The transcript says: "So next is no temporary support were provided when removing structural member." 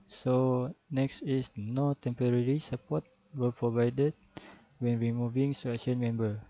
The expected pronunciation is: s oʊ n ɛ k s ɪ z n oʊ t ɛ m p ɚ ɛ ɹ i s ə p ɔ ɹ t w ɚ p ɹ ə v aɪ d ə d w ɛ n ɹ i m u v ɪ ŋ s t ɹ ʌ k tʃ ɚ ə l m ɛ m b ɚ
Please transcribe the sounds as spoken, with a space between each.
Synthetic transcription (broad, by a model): s oʊ n ɛ k s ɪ s n oʊ t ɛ m p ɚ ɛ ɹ i s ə p ɔ t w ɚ p ɹ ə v aɪ d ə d w ɛ n ɹ i m u v ɪ ŋ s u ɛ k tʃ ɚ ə n m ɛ m b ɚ